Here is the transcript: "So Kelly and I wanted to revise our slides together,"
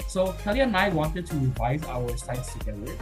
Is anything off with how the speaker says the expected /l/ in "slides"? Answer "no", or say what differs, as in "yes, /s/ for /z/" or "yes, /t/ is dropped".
yes, /l/ is dropped